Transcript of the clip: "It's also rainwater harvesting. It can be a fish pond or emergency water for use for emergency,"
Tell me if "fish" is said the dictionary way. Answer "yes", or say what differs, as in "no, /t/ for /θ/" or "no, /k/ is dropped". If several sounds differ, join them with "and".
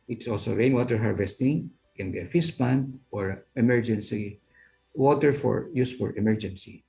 no, /s/ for /ʃ/